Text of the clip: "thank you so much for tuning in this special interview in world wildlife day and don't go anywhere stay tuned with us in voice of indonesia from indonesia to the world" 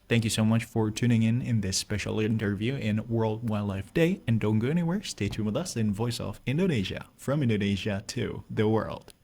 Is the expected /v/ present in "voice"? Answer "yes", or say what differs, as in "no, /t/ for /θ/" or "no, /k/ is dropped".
yes